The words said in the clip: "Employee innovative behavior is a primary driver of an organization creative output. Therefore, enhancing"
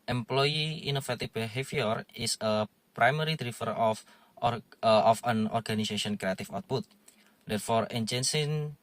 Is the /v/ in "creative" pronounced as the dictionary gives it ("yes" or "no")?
no